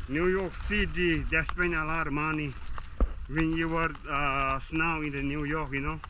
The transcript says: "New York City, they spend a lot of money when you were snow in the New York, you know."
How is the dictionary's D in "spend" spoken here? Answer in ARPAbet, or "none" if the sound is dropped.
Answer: none